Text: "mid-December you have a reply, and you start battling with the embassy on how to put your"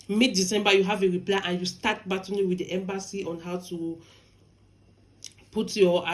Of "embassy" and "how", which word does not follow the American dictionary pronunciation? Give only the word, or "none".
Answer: none